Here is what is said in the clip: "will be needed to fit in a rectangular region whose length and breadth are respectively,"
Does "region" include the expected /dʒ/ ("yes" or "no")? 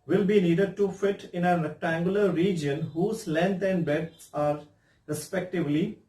yes